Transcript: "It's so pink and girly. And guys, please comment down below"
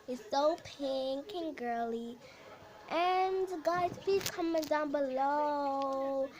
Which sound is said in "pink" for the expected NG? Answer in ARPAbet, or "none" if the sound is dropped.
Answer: NG